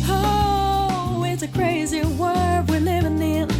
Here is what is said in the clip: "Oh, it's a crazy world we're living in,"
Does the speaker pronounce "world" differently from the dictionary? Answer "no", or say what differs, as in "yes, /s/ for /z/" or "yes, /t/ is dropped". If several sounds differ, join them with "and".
yes, /l/ is dropped